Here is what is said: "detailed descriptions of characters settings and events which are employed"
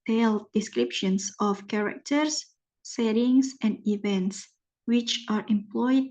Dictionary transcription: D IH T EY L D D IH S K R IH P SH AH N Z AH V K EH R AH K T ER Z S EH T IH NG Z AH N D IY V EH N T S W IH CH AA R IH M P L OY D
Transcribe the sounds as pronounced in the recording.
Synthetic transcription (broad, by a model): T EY L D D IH S K R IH P SH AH N S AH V K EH R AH K T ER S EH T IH NG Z AH N D IY V EH N T S W IH CH AA R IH M P L OY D